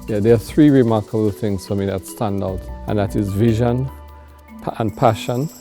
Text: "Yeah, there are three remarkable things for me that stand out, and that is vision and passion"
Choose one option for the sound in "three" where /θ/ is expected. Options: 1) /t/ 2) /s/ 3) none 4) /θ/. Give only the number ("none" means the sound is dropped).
4